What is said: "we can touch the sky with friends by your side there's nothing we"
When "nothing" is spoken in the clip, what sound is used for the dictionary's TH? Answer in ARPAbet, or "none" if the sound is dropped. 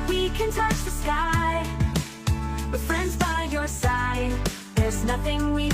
TH